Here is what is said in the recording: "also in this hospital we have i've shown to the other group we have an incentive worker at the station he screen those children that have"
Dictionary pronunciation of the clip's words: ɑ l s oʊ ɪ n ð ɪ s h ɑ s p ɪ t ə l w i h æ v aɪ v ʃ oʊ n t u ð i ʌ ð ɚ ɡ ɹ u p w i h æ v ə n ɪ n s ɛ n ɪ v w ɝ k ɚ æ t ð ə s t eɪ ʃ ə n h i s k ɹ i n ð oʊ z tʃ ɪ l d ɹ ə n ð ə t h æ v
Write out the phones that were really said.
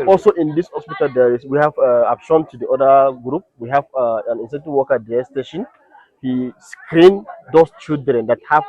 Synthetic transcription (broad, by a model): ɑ l s oʊ ɪ n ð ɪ s h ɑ s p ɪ t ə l w i h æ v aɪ p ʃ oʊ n t u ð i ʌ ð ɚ ɡ ɹ u p w i h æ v ə n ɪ n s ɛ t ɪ w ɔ k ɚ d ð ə s t eɪ ʃ ə n h i s k ɹ i n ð oʊ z tʃ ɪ l d ɹ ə n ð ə t h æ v